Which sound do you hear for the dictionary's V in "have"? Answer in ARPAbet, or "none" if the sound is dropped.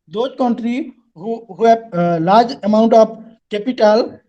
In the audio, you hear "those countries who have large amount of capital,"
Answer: B